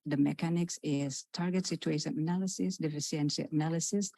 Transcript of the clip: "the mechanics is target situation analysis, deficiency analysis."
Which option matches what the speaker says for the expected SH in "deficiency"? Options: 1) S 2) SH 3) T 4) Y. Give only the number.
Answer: 1